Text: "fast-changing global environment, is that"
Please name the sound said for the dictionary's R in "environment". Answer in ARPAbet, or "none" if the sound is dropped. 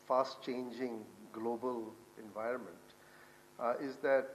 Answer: R